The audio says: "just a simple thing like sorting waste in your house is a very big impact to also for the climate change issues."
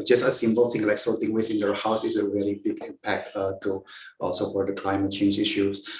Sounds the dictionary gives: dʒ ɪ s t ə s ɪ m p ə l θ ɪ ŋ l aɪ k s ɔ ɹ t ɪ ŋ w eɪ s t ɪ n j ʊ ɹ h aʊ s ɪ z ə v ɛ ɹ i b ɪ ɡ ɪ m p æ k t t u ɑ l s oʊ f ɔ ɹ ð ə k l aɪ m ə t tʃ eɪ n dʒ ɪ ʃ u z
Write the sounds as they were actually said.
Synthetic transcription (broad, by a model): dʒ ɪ s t ə s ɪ m p ə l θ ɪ ŋ l aɪ k s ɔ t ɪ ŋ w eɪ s ɪ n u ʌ h aʊ s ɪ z ə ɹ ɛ l i b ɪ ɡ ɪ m p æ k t t u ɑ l s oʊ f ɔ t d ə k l aɪ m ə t tʃ eɪ n dʒ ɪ ʃ u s